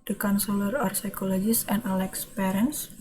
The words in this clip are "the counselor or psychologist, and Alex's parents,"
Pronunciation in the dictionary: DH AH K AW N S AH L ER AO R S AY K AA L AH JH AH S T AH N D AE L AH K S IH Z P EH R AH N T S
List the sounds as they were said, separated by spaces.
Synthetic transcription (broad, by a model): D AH K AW N S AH L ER AO R S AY K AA L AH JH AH S AH N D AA L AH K S P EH R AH N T S